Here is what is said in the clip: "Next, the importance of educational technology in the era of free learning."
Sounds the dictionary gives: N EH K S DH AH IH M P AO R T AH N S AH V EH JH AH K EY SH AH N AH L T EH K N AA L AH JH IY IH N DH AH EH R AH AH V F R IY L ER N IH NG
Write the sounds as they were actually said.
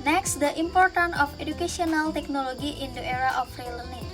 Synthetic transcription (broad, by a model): N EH K S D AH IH M P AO R T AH N AH F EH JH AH K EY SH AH N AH L T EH K N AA L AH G IY IH N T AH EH R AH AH F R IY L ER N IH